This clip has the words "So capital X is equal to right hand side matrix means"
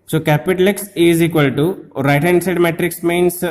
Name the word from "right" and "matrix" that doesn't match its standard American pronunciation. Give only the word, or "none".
none